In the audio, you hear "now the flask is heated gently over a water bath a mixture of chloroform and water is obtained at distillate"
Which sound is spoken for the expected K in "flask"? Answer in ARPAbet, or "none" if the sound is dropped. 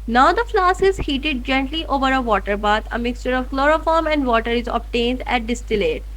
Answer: none